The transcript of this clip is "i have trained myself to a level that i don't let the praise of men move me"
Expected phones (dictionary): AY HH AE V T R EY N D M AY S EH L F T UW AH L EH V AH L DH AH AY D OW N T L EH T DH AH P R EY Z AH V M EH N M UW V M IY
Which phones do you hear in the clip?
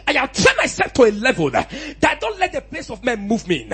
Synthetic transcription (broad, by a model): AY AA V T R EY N M AY S EH L F T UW AH L EH V AH L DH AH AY D OW N T L EH T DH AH P L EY S AH V M EH N M UW V M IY